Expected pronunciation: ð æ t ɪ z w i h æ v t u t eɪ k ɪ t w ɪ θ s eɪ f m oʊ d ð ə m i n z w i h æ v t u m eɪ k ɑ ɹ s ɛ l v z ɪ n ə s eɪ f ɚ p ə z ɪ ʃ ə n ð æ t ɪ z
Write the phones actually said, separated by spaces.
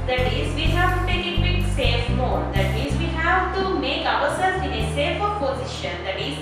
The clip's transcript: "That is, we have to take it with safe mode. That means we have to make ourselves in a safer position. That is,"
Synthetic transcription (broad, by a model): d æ t ɪ z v i h æ v t u t eɪ k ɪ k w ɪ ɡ s eɪ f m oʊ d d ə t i z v i h æ v t u m eɪ k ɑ ɹ s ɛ l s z ɪ n ə s eɪ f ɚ p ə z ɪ ʃ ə n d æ t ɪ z